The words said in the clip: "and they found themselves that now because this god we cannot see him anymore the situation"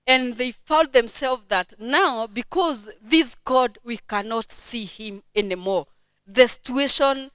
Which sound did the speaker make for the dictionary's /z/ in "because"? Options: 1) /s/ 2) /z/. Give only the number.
2